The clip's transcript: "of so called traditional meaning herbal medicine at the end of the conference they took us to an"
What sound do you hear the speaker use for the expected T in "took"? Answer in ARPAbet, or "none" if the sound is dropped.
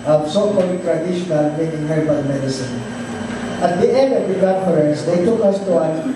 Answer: T